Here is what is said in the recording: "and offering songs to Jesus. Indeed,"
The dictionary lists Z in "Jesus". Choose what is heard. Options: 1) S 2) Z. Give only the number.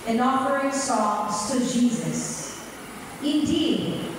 2